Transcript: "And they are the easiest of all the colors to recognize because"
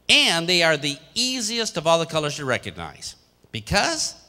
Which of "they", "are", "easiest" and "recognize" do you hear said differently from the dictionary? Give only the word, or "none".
none